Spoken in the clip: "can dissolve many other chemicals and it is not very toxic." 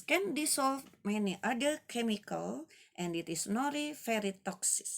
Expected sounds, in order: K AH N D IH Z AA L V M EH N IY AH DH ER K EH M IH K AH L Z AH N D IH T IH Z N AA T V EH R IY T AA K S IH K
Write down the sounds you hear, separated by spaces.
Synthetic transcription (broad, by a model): K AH N D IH S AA L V M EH N IY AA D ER K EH M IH K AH L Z AH N D IH T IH S N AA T F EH R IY T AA K S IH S